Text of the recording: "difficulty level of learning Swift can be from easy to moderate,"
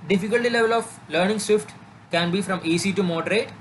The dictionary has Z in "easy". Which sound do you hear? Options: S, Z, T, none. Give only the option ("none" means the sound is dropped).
S